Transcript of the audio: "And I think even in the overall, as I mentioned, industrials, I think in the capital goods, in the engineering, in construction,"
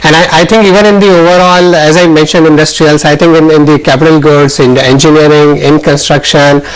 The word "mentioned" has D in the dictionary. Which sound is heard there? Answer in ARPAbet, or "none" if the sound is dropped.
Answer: D